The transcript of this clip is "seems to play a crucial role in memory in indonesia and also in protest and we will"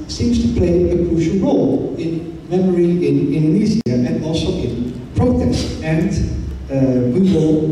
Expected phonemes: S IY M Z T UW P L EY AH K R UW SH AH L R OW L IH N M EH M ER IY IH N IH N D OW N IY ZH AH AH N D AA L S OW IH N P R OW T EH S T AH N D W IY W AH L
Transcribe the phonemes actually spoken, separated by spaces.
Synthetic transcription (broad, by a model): S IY M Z T UW P L EY AH K R UW SH AH L R OW L IH N M EH M ER IY IH N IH N D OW N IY Z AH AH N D AA L S OW IH N P R OW T EH S T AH N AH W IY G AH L